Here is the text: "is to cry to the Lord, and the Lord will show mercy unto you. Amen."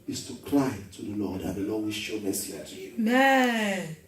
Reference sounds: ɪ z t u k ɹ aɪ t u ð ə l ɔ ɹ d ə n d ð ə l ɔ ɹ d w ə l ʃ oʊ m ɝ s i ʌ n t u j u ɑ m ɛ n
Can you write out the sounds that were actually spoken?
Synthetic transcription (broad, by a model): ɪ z t u k l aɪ t u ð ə l ɔ d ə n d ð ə l ɔ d w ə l ʃ oʊ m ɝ s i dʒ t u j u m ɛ